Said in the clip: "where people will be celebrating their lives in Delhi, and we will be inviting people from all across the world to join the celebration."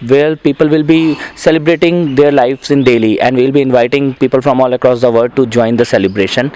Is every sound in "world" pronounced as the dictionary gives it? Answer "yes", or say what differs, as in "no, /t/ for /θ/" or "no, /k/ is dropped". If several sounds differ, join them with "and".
no, /l/ is dropped